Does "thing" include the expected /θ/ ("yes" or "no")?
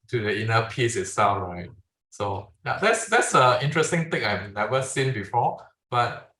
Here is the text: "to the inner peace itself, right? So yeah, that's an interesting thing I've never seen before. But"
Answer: no